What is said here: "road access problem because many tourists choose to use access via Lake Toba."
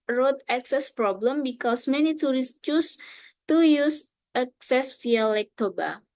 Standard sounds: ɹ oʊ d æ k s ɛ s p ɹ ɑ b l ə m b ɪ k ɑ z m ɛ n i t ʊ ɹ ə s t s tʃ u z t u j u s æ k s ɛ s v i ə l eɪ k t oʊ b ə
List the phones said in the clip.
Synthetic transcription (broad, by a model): ɹ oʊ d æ k s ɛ s p ɹ ɑ b l ə m b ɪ k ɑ s m ɛ n i t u ɹ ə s s tʃ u s t u j u s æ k s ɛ s f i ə l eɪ k t oʊ b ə